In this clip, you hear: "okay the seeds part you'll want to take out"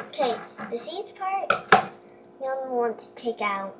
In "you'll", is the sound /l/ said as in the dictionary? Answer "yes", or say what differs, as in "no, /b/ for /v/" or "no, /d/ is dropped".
no, /n/ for /l/